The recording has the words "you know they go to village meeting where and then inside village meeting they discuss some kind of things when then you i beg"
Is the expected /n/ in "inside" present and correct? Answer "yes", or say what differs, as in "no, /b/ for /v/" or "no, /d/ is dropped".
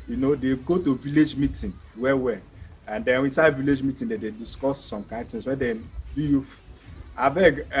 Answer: yes